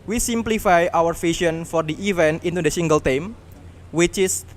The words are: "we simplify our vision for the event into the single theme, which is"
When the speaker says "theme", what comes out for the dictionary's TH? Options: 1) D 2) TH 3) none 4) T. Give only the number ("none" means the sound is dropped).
4